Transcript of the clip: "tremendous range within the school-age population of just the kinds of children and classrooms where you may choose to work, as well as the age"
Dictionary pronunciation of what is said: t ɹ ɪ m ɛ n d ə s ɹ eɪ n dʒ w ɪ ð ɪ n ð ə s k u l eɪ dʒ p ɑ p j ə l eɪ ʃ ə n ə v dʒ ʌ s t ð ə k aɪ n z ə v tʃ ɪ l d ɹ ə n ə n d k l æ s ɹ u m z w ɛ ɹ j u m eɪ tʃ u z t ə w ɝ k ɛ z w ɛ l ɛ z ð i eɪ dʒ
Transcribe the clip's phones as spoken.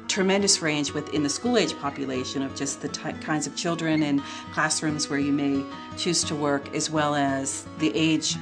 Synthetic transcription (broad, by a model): t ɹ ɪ m ɛ n d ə s ɹ eɪ n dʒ w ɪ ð ɪ n ð ə s k u l eɪ dʒ p ɑ p j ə l eɪ ʃ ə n ə v dʒ ʌ s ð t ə k aɪ n z ə v tʃ ɪ l d ɹ ə n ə n k l æ s ɹ u m z w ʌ ɹ j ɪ m eɪ tʃ u z t ə w ɝ k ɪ z w ɛ l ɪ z ð i eɪ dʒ